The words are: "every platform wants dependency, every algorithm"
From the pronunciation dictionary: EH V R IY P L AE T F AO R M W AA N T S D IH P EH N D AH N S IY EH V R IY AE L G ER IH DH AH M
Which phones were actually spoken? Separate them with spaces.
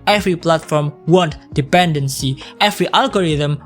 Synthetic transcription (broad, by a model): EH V R IY P L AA T F AO R M W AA N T D IH P EH N D AH N S IY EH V R IY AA L G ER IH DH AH M